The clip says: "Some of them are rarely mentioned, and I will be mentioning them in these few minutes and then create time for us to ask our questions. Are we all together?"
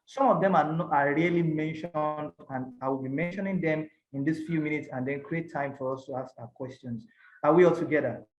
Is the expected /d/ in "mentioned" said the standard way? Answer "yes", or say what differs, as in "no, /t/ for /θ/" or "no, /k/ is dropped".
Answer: yes